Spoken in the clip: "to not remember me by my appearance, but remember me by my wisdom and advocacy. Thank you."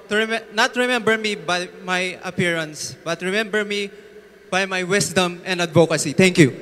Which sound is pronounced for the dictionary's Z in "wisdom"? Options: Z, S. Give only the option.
S